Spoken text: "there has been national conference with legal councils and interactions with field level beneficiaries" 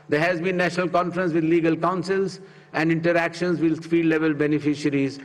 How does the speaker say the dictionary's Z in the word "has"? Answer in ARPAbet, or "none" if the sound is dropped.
Z